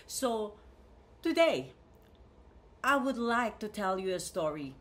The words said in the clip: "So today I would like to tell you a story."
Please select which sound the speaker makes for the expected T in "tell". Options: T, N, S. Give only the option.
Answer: T